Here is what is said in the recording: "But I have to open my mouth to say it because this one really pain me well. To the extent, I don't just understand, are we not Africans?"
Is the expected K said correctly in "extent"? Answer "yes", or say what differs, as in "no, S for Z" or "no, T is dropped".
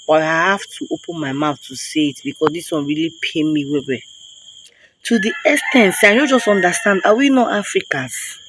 no, K is dropped